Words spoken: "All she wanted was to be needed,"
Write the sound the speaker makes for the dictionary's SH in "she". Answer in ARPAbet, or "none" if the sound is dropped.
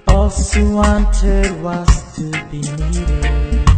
S